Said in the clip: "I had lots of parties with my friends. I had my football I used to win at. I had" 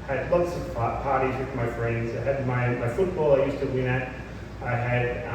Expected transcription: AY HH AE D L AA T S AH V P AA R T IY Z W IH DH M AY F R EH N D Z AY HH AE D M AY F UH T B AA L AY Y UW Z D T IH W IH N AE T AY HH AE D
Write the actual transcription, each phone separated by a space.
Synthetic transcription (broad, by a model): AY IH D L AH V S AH P P AA R T IY Z W IH DH M AY F R EH N D Z AY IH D M AY F UH T B AA L AY Y UW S T IH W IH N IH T AY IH D